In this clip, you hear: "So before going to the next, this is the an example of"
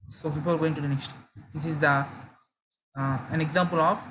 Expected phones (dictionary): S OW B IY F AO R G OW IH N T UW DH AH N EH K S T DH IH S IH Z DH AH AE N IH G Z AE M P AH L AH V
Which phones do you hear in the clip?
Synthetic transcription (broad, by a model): S OW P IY P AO L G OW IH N T UW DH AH N EH K S T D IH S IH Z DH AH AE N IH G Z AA M P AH L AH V